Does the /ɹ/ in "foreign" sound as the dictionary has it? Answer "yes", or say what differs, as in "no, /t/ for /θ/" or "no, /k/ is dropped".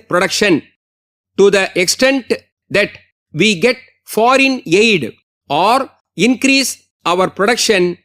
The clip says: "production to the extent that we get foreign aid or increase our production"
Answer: yes